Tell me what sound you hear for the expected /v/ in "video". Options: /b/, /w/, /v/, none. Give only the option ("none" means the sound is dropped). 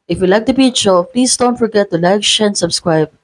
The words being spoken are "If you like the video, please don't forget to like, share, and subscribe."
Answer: /b/